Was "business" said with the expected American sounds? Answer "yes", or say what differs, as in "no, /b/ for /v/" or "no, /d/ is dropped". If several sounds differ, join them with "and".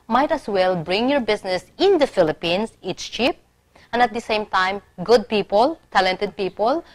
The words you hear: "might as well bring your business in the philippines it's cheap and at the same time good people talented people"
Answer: no, /s/ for /z/